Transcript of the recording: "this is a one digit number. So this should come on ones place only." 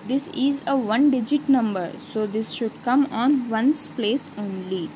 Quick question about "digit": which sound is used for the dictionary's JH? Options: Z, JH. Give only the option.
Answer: JH